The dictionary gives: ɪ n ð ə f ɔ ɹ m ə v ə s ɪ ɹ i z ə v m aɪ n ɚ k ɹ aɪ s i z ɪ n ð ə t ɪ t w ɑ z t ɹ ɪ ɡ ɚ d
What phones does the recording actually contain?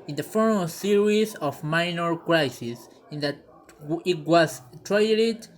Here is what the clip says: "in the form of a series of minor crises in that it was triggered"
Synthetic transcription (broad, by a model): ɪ n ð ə f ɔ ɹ ə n s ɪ ɹ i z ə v m aɪ n ɚ k ɹ aɪ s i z ɪ n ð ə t ɪ t w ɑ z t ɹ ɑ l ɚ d